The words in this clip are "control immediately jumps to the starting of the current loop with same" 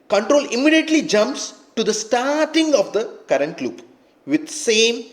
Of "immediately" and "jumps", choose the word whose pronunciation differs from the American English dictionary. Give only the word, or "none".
none